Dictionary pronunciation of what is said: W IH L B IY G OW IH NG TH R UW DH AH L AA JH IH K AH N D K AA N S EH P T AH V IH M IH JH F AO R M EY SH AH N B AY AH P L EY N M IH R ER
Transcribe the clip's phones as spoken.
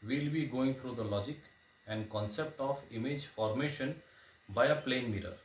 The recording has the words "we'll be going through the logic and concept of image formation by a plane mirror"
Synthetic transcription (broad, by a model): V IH L B IY G OW IH NG T R UW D AH L AA JH IH K AH N D K AA N S EH P T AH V IH M IH JH F AO R M EY SH AH N B AY AH P L EY N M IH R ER